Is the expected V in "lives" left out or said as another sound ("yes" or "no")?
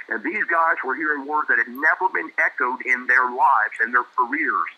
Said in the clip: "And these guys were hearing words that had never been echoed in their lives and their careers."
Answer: no